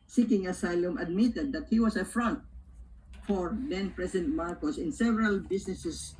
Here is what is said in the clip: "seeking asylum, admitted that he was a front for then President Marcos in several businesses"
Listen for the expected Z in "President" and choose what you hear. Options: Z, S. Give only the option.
S